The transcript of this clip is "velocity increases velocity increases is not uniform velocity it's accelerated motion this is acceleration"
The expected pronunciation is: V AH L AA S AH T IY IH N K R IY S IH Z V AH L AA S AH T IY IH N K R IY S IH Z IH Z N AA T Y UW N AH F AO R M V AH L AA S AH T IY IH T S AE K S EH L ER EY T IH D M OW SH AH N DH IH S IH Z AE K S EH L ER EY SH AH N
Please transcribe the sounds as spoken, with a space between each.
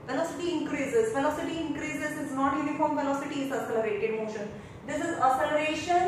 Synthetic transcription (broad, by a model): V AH L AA S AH T IY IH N K R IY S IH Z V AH L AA S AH T IY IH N K R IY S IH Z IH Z N AA T Y UW N AH F AO R M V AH L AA S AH T IY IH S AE S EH L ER EY T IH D M OW SH AH N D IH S IH Z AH S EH L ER EY SH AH N